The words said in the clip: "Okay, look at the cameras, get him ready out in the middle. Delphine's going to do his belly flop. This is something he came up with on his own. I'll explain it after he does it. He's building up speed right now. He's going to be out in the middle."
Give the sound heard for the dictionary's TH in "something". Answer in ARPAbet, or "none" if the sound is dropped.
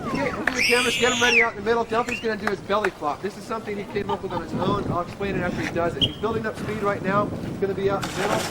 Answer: TH